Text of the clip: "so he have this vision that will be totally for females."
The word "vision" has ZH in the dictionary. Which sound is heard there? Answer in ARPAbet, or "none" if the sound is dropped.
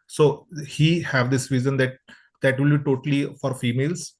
Z